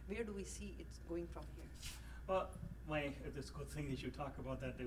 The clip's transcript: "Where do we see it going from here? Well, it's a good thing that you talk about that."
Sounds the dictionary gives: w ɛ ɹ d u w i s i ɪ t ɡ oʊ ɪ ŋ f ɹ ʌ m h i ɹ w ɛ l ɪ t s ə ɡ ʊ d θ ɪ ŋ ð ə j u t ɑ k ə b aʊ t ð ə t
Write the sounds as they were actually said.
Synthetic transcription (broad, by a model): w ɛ ɹ d u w i s i ɪ t ɡ oʊ ɪ ŋ f ɹ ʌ m h i ɹ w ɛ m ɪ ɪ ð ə ɡ ʊ d θ ɪ ŋ ð ə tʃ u t ɑ k ə b aʊ t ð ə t